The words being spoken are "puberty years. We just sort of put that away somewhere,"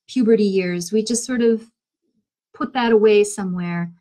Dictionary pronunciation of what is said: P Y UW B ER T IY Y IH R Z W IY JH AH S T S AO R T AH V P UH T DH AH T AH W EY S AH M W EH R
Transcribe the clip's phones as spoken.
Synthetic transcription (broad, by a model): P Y UW B ER T IY Y IH R Z W IY JH AH S T S AO R T AH V P UH T DH AH T AH W EY S AH M W EH R